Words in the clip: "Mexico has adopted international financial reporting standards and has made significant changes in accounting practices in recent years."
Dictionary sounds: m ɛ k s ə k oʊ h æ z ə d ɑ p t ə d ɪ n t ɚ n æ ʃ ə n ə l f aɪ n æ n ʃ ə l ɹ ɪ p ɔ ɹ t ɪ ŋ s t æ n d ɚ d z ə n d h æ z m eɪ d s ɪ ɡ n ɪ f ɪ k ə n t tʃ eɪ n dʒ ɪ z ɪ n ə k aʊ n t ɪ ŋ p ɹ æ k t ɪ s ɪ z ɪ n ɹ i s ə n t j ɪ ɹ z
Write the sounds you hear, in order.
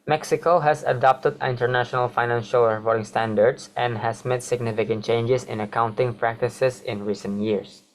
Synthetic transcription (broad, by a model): m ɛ k s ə k oʊ h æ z ə d ɑ p t ə d ɪ n t ɚ n æ ʃ ə n ə l f aɪ n æ n ʃ ə l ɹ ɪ f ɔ ɹ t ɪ ŋ s t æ n d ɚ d s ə n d h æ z m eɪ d s ɪ ɡ n ɪ f ɪ k ə n t tʃ eɪ n dʒ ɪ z ɪ n ə k aʊ n t ɪ ŋ p ɹ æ k t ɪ s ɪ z ɪ n ɹ i s ə n t j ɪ ɹ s